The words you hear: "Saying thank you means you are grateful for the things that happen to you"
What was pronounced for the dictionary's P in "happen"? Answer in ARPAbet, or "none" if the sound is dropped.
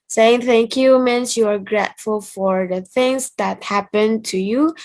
P